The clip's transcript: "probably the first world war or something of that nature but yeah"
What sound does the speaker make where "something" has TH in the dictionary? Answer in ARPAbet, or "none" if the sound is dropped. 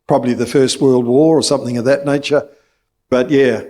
TH